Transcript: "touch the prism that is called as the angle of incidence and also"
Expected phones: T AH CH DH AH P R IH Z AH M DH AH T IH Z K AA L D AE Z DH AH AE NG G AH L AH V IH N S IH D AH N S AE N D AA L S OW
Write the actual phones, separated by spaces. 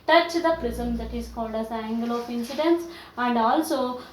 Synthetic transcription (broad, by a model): T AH CH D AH P R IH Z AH M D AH T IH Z K AA L D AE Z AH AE NG G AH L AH P IH N S IH D AH N S AE N D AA L S OW